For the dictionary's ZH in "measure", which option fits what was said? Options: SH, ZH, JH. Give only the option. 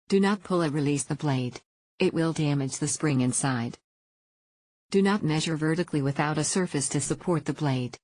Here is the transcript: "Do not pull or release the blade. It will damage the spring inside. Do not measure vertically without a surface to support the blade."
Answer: ZH